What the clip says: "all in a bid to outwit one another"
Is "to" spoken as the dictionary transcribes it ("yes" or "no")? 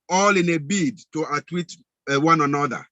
yes